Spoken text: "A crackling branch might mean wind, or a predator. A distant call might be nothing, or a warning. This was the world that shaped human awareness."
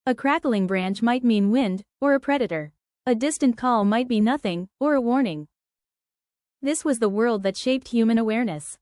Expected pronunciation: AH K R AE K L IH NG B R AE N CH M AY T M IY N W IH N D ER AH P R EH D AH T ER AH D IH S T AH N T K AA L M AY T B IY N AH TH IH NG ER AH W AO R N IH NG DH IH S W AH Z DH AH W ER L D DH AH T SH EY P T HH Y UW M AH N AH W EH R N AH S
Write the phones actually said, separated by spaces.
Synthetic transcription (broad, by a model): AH K R AE K L IH NG B R AE N CH M AY T M IY N W IH N D ER AH P R EH D AH T ER AH D IH S T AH N K AA L M AY T B IY N AH TH IH NG ER AH W AO R N IH NG DH IH S W AH Z DH AH W ER L D DH AH T SH EY P T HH Y UW M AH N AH W EH R N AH S